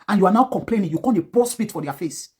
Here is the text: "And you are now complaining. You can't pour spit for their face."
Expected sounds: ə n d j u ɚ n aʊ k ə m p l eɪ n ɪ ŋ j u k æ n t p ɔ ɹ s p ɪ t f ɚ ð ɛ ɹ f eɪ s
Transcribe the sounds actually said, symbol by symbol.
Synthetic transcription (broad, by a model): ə n j u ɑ n aʊ k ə m p l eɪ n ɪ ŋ j u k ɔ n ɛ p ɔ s f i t f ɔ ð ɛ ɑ f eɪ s